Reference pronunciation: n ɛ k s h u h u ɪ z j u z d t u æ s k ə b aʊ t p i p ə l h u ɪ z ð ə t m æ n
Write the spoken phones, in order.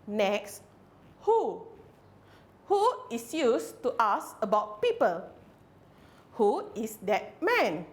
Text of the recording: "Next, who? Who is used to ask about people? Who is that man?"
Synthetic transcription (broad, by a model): n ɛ k s h u h u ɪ s j u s t u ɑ s ə b aʊ t p i p ə l h u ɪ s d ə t m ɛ n